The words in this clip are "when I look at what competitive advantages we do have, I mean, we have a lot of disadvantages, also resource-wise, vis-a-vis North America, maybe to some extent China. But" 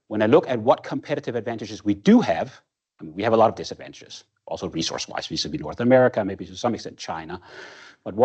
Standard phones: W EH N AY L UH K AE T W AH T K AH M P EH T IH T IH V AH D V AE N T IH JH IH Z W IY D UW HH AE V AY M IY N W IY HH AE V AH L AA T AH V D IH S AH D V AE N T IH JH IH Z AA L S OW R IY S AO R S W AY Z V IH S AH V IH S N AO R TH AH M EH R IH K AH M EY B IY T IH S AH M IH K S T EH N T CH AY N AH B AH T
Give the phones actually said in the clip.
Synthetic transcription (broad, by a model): W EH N AY L UH K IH T W AH T K AH M P EH T IH T IH V AH D V AE N T IH JH IH Z W IY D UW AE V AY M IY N W IY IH V AH L AA T AH V D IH S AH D V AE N T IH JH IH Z AA L S OW R IY S AO R S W AY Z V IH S AH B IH N AO R TH AH M EH R IH K AH M EY B IY T IH S AH M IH K S T EH N CH AY N AH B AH T